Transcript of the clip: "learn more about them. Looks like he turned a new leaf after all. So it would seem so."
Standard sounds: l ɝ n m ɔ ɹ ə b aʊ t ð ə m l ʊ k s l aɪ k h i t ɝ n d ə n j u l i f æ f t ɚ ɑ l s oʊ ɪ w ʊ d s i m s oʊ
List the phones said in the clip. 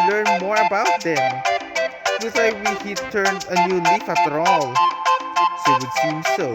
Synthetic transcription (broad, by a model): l ɝ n m ɔ ɹ ə b aʊ t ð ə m w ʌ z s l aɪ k h i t ɝ n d ə n j u l i f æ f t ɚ ɑ l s ɪ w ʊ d s i m s oʊ